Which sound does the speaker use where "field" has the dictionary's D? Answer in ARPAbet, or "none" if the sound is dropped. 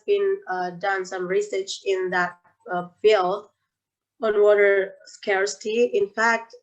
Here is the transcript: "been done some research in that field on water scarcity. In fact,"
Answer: none